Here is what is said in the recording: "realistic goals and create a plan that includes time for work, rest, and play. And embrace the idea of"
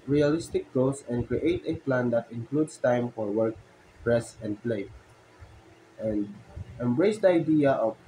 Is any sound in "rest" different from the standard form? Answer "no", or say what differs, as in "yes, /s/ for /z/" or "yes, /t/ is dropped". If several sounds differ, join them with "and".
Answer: yes, /t/ is dropped